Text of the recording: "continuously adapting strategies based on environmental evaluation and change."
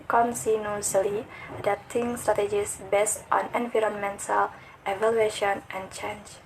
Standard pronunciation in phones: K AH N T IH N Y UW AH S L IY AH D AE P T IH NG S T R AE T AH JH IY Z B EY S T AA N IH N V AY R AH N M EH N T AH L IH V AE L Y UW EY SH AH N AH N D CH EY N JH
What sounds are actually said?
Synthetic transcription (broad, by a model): K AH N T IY N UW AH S L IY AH D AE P T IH NG S T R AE T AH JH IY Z B EY S T AA N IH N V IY R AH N M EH N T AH L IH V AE L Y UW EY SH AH N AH N CH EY N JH